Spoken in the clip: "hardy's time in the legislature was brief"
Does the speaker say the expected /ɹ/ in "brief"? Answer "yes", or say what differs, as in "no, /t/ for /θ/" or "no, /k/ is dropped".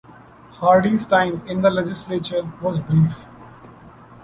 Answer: yes